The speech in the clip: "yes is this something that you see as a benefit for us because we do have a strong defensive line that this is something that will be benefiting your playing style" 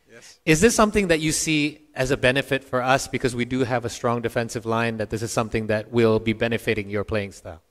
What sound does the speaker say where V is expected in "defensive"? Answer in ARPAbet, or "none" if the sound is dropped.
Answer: V